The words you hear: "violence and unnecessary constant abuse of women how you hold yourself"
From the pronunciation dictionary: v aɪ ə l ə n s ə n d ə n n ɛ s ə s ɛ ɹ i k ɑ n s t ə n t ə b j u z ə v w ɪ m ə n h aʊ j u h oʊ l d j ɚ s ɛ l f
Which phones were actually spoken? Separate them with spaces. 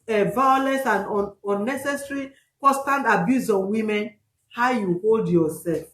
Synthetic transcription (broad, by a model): v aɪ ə l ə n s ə n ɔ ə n n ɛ s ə s ɹ i k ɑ s t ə n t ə b j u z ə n w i m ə n h aʊ j u h oʊ l d j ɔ s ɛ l f